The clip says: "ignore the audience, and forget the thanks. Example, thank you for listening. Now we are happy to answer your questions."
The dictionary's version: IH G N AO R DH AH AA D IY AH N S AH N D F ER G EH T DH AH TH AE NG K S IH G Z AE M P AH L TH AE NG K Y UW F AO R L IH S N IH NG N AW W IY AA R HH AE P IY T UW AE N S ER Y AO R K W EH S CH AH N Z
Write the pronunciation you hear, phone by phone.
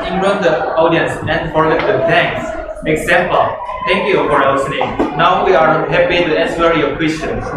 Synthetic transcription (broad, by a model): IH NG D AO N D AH AA D IY AH N S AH N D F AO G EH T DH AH T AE NG K S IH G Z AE M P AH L T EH NG K Y UW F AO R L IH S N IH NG N AW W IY AA R HH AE P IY T UW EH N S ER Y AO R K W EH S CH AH N